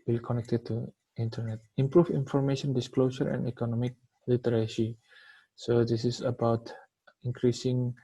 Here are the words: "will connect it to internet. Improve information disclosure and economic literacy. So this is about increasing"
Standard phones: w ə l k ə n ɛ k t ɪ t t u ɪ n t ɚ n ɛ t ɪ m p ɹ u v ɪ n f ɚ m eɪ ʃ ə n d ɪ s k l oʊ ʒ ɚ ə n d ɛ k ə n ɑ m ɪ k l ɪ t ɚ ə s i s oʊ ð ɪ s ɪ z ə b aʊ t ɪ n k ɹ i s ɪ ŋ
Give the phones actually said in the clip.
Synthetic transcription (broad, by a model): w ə l k ə n ɛ k t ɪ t t u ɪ n t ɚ n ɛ t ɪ m p ɹ u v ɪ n f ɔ m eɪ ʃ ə n d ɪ s k l oʊ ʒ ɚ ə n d ɛ k ə n ɑ m ɪ k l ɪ t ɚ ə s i s oʊ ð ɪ s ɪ s ə b aʊ t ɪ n k ɹ i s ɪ ŋ